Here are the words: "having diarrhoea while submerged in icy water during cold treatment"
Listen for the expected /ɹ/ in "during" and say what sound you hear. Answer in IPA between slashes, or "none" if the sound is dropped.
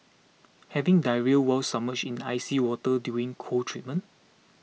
none